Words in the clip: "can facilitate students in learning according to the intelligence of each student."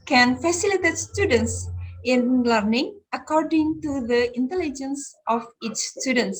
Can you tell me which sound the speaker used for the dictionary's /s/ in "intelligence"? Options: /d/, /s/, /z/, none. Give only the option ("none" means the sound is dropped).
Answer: /s/